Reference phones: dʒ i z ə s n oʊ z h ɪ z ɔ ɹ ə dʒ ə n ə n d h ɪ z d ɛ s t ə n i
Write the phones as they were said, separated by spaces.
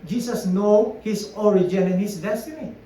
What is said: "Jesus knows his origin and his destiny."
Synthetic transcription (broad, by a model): dʒ i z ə s n oʊ h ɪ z ɔ ɹ ə dʒ ə n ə n h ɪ s d ɛ s t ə n i